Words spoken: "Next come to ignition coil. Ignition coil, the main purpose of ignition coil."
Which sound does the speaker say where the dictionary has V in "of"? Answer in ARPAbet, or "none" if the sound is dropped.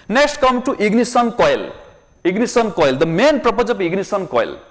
P